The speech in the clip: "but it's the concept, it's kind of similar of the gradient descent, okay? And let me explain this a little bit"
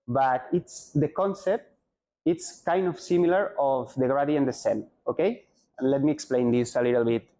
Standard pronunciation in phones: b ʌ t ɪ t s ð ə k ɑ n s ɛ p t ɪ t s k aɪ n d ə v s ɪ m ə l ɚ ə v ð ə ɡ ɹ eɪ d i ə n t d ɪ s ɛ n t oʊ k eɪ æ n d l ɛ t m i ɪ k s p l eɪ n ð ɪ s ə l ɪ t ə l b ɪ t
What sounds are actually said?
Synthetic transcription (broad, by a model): b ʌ t ɪ t s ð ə k ɑ n s ɛ p t ɪ t s k aɪ n d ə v s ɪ m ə l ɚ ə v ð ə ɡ ɹ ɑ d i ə n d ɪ s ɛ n oʊ k eɪ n l ɛ t m i ɪ k s p l eɪ n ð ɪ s ə l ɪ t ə l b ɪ t